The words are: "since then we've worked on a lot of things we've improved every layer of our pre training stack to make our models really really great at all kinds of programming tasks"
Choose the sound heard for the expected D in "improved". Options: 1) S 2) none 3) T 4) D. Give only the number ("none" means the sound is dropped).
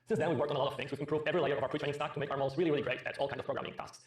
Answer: 2